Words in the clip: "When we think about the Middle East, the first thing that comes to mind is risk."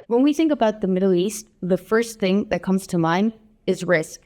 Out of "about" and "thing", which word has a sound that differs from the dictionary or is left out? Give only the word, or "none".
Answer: none